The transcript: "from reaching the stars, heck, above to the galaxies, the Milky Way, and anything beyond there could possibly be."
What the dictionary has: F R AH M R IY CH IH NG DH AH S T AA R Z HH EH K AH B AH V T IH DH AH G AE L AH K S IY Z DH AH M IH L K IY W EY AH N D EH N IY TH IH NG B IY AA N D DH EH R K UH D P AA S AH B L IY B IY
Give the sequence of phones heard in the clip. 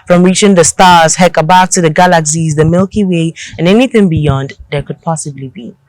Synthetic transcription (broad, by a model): F R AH M R IY CH IH NG DH AH S T AA R Z HH EH K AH B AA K T IH DH AH G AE L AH K S IY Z DH AH M IH L K IY W EY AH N EH N IY TH IH NG B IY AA N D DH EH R K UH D P AA S AH B L IY B IY